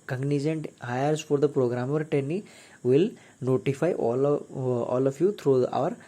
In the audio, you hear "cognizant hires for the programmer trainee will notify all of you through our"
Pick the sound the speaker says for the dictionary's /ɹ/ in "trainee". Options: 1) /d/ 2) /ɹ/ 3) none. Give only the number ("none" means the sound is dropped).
3